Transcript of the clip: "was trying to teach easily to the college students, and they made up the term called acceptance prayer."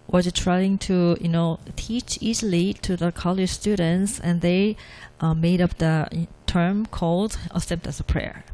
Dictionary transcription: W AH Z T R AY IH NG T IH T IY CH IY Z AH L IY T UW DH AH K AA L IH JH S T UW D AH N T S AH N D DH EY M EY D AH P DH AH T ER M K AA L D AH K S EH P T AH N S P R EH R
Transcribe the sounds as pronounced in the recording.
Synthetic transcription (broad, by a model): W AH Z T R AY IH NG T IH T IY CH IY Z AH L IY T UW DH AH K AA L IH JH S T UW D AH N T S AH N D DH EY M EY D AH P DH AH T ER M K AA L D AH S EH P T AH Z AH P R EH R